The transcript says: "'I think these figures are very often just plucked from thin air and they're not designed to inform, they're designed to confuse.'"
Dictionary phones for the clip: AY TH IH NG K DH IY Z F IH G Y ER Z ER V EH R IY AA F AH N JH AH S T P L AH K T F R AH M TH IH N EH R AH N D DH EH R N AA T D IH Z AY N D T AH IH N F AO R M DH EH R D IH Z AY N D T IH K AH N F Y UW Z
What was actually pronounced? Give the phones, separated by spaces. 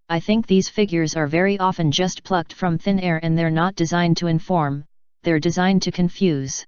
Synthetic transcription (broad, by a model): AY TH IH NG K DH IY Z F IH G Y ER Z ER V EH R IY AA F AH N JH AH S T P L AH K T F R AH M TH IH N EH R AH N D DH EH R N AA T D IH Z AY N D T AH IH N F AO R M DH EH R D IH Z AY N T IH K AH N F Y UW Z